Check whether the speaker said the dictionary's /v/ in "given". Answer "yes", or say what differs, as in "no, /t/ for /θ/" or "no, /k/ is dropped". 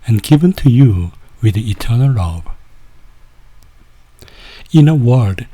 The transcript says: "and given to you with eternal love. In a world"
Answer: yes